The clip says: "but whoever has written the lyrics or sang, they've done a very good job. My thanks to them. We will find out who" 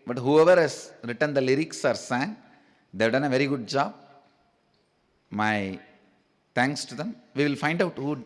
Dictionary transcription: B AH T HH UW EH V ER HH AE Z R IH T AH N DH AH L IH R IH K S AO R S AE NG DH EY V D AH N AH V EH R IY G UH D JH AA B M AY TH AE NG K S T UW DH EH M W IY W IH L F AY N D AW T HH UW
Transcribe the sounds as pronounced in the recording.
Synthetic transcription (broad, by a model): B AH T HH UW EH V ER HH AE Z R IH T AH N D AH L IH R IH K S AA R S AE NG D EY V D AH N AH V EH R IY G UH D JH AA B M AY T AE NG K S T UW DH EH M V IY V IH L F AY N D AW T HH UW